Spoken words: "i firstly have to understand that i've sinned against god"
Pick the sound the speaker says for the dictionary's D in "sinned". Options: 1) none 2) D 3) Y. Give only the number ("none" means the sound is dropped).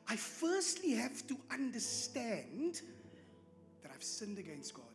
2